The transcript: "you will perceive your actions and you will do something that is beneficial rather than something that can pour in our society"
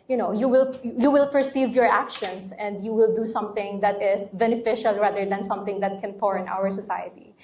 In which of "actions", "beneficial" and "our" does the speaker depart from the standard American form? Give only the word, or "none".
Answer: actions